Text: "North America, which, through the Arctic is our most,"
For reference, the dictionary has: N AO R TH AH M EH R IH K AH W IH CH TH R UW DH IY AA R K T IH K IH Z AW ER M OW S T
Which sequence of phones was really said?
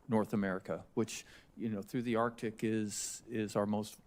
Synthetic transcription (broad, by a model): N AO R TH AH M EH R IH K AH W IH CH TH R UW DH IY AA R K T IH K IH Z AW ER M OW S T